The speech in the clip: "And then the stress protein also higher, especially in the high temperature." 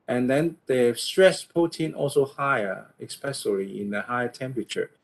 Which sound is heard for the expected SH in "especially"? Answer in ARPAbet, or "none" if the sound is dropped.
S